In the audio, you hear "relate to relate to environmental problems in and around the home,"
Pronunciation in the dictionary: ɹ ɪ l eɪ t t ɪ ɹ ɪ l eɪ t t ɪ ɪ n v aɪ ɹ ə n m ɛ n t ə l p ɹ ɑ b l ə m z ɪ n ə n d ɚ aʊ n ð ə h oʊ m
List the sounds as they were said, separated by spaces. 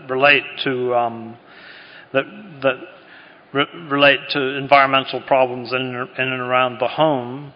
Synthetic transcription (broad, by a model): ɹ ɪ l eɪ t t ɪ ɹ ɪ l eɪ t t ɪ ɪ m v aɪ ɹ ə n m ɛ n t l p ɹ ɑ b l ə m z ɪ n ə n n ɚ aʊ n ð ə h oʊ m